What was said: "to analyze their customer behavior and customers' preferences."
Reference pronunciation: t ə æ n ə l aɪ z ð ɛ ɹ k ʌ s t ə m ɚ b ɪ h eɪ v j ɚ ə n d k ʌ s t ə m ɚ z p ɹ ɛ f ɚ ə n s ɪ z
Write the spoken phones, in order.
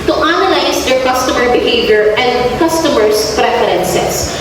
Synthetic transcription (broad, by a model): t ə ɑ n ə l aɪ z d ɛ ɹ k ʌ s t ə m ɚ b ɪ h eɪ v j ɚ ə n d k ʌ s t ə m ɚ s p ɹ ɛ f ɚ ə n s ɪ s